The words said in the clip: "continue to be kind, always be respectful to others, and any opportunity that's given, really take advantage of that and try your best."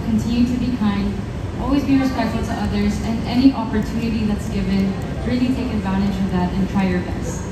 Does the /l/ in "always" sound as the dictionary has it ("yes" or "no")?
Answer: yes